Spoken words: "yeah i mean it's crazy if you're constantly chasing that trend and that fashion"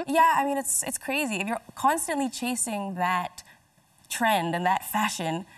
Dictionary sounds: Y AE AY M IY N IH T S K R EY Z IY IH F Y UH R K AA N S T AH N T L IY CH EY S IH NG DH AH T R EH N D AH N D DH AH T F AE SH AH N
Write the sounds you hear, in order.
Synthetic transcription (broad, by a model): Y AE AY M IY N IH T S K R EY Z IY IH F Y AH R K AA N S T AH N T L IY CH EY S IH NG DH AH T R EH N D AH N DH AH T F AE SH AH N